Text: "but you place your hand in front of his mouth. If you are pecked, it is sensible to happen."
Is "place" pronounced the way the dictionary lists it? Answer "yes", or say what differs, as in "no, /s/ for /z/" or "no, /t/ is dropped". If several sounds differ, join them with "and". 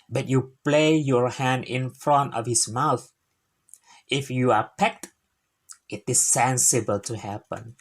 no, /s/ is dropped